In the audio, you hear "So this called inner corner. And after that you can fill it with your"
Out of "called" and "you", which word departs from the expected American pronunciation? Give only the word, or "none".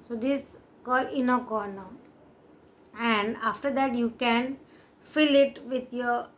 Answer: called